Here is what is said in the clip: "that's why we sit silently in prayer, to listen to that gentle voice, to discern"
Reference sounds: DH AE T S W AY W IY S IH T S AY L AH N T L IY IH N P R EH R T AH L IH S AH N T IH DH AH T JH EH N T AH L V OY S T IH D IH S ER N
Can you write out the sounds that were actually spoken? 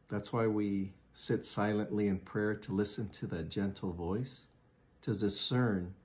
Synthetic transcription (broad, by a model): DH AE T S W AY W IY S IH T S AY L AH N T L IY IH N P R EH R T AH L IH S AH N T IH DH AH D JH EH N T L V OY S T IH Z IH S ER N